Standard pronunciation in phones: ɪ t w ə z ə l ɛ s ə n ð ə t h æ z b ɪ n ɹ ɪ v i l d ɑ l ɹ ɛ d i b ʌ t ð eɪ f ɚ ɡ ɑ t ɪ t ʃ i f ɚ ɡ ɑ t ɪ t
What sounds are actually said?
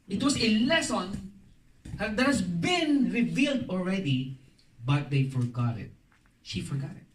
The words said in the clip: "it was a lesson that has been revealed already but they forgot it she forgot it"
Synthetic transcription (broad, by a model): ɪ t w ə s ə l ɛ s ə n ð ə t h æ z b ɪ n ɹ ɪ v i l d ɑ l ɹ ɛ d i b ʌ t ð eɪ f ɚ ɡ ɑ t ɪ t ʃ i f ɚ ɡ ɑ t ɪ t